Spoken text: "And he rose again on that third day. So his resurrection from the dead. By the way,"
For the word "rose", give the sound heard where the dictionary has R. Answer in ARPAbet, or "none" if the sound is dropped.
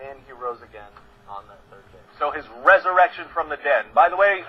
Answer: R